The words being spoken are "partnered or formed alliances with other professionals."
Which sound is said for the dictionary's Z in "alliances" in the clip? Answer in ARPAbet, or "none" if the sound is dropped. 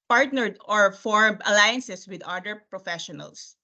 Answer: S